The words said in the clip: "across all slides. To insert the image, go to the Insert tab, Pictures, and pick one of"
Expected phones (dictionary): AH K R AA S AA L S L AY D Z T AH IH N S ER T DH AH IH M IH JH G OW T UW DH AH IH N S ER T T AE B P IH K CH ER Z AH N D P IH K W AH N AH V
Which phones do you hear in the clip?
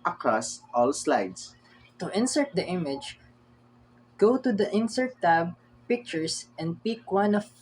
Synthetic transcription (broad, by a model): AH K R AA S AA L S L AY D S T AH IH N S ER T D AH IH M IH JH G OW T UW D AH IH N S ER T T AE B P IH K CH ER S AH N D P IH K W AH N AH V